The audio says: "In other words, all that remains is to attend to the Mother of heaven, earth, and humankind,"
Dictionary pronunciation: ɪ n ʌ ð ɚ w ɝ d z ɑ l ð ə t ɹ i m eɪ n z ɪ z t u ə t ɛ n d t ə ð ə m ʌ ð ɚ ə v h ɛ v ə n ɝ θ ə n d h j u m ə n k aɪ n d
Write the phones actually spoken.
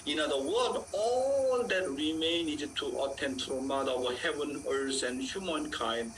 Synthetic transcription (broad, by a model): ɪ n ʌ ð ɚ w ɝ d ɑ l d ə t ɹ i m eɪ n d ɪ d t u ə t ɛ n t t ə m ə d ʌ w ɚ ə h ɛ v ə n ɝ s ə n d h j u m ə n k aɪ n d